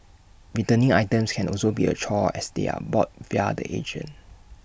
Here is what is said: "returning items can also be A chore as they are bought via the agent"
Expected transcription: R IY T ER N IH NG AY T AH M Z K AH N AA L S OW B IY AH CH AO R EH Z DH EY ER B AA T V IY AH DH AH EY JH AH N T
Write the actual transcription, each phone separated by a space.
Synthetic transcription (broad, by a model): R IY T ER N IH NG AY T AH M S K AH N AA L S OW B IY AH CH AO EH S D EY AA B AA T V IY AH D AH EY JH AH N